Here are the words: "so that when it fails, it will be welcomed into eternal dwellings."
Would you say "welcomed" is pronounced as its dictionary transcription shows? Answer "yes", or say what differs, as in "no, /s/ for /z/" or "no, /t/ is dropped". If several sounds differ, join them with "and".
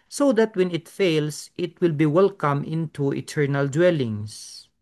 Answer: no, /d/ is dropped